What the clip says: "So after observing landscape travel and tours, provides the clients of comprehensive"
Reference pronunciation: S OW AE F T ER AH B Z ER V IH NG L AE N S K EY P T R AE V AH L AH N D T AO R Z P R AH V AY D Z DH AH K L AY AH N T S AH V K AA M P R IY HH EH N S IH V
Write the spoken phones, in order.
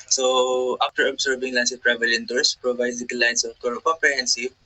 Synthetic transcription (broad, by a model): S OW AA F T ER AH B S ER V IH NG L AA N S EY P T R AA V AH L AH N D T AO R S P R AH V AY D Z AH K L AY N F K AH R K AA M P R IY HH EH N S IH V